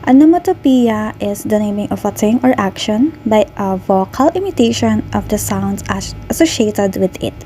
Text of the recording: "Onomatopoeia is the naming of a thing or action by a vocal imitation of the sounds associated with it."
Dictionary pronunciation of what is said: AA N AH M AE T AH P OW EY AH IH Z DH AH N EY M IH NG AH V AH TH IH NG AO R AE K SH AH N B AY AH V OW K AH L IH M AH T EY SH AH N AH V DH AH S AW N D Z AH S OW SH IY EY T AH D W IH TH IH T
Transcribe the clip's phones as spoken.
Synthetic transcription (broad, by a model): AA N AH M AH T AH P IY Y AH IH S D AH N EY M IH NG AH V AH T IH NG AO R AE K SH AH N B AY AH V OW K AH L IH M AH T EY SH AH N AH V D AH S AW N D S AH S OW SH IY EY T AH D W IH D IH T